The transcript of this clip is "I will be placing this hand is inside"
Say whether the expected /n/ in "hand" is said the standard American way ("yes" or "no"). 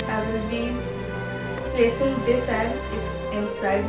no